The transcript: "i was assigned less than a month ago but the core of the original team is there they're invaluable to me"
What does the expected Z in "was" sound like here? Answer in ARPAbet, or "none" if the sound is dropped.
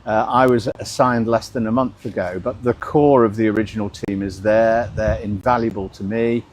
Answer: Z